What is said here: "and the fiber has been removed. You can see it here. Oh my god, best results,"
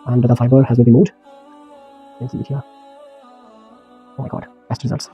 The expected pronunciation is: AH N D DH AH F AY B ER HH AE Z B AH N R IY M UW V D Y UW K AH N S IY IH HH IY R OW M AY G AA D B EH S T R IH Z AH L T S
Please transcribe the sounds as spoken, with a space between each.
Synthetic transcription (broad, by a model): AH N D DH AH F AY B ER HH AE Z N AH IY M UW D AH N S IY IH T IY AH OW M AY G AA D B EH S T R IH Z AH L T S